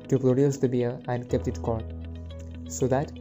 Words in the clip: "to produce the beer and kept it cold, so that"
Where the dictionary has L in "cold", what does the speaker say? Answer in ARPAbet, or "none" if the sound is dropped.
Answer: none